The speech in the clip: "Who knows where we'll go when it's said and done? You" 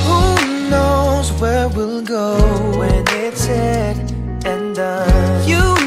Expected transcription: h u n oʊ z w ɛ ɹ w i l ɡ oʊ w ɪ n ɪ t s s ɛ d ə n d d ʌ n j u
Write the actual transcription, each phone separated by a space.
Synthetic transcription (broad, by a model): h u n oʊ z w ɛ ɹ w i l ɡ oʊ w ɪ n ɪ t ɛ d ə n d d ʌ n j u